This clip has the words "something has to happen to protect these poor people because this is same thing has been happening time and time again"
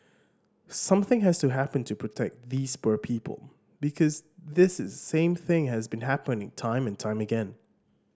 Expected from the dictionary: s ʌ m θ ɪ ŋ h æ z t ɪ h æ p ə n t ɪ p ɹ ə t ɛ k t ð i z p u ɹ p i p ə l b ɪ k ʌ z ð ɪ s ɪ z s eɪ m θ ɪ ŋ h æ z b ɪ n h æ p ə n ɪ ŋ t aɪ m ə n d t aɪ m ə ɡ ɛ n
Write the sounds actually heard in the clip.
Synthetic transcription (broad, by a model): s ʌ m θ ɪ ŋ h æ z t ɪ h æ p ə n t ɪ p ɹ ə t ɛ k t ð i z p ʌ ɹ p i p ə l b ɪ k ʌ z ð ɪ s ɪ z s eɪ m θ ɪ ŋ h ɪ z b ɪ n h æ p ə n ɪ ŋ t aɪ m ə n t aɪ m ə ɡ ɛ n